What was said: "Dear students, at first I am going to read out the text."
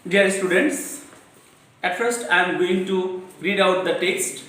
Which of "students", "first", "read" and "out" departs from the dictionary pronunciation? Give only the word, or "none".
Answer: none